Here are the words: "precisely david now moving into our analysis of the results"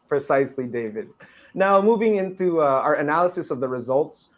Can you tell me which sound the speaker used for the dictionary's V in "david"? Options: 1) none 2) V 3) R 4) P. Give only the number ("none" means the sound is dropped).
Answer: 2